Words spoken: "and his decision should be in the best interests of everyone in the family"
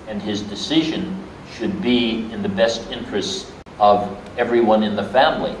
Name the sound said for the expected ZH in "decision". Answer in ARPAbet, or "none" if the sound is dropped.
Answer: ZH